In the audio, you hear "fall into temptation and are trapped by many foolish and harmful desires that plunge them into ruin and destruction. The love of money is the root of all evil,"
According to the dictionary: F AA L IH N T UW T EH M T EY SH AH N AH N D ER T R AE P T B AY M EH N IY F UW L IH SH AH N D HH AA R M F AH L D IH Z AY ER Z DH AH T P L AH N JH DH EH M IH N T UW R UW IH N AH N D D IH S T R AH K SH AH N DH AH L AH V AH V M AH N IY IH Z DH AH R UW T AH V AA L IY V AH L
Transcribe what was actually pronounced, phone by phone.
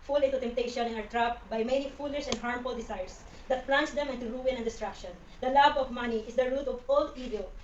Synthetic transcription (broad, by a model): F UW L IH N T UW T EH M T EY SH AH N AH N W ER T R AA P B AY M EH N IY F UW L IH S AH N D HH AA R M F AH L D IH S AY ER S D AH T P L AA N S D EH M IH N T UW R UW IH N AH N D D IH S T R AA K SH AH N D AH L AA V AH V M AH N IY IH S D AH R UW T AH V AA L IY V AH L